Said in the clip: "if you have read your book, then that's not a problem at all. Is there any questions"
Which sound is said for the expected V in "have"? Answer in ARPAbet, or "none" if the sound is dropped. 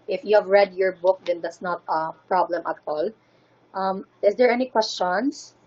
V